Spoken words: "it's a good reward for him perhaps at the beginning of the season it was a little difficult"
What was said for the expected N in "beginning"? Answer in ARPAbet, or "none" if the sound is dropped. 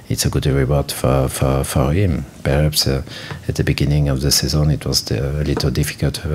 N